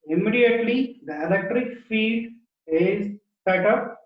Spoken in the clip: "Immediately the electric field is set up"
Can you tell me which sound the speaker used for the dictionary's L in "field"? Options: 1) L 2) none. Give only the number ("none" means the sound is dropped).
2